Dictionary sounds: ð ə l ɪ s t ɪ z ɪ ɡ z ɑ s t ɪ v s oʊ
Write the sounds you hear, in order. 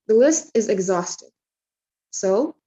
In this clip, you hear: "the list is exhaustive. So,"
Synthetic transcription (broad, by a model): ð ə l ɪ s t ɪ z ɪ ɡ z ɑ s t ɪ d s oʊ